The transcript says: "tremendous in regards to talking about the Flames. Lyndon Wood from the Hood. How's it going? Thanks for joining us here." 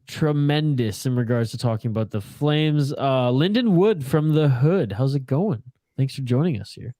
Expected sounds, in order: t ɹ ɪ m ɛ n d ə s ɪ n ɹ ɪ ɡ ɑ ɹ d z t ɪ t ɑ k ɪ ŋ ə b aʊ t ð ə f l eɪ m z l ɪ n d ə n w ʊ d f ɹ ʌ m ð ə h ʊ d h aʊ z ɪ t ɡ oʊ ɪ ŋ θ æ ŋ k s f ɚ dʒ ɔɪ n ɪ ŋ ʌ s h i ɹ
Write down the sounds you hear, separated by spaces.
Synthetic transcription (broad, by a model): t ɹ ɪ m ɛ n d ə s ɪ n ɹ ɪ ɡ ɑ ɹ d z t ɪ t ɑ k ɪ ŋ ə b aʊ t ð ə f l eɪ m z l ɪ n d ə n w ʊ d f ɹ ʌ m ð ə h ʊ d h aʊ z ɪ t ɡ oʊ ɪ ŋ θ æ ŋ k s f ɚ dʒ ɔɪ n ɪ ŋ ʌ s h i ɹ